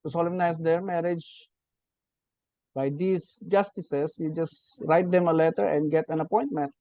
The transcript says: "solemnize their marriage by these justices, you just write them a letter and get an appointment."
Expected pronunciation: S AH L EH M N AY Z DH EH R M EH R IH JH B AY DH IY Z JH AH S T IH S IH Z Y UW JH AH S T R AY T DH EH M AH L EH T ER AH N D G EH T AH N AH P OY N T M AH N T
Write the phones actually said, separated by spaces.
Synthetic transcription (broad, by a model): S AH L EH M N AY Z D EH R M EH R IH JH B AY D IY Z JH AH S T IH S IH S Y UW JH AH S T R AY T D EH M AH L EH T ER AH N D G EH T AH N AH P OY N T M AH N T